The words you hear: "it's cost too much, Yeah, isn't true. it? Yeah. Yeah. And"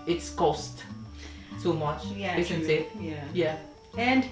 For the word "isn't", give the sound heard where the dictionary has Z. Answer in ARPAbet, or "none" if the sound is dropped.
S